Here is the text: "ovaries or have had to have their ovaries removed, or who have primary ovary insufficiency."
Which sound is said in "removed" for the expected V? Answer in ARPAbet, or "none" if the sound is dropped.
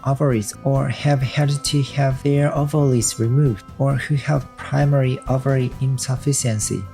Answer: V